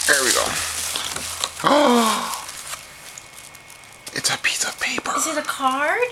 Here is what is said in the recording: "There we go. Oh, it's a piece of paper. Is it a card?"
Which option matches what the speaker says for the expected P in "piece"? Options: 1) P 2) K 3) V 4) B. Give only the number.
1